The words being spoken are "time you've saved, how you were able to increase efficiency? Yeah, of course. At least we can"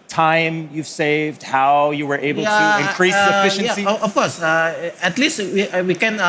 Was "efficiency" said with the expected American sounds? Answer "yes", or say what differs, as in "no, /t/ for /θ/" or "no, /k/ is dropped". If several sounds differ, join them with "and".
yes